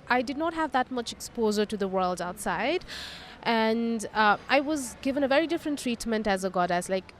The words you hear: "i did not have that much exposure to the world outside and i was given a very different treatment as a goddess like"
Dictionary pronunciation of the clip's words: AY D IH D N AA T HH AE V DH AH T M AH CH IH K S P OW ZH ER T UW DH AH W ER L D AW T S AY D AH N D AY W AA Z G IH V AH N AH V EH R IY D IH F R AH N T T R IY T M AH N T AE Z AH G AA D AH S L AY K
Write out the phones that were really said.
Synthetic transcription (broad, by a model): AY D IH D N AA T HH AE V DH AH T M AH CH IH K S P OW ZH ER T UW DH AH W ER L D AW T S AY D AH N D AY W AA Z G IH V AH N AH V EH R IY D IH F R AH N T T R IY T M AH N T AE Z AH G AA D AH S L AY K